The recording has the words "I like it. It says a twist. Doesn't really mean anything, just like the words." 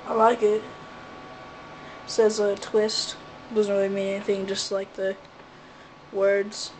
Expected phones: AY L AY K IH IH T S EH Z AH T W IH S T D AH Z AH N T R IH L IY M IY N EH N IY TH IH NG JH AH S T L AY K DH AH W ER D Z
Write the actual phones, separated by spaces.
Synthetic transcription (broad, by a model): AY L AY K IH IH T S EH Z AH T W IH S T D AH Z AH N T R IH L IY M IY N EH N IY TH IH NG JH AH S T L AY K DH AH W ER D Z